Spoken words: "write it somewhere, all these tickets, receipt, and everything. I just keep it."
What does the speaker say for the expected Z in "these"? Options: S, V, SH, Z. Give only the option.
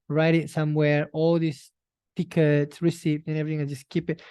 S